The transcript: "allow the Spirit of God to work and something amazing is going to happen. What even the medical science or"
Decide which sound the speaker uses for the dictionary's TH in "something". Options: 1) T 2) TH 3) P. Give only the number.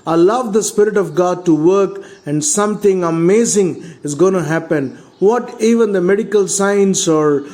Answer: 1